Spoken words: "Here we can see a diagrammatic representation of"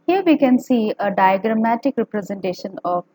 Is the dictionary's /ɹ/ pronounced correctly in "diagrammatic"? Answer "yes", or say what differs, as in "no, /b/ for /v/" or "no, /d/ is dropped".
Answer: yes